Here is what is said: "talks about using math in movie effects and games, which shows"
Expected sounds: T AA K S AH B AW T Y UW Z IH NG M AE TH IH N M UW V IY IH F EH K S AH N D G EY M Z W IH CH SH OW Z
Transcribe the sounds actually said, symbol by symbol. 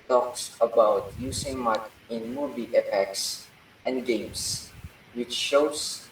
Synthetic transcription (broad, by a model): T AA K S AH B AW T Y UW S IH NG M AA T IH N M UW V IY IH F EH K S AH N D G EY M S W IH CH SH OW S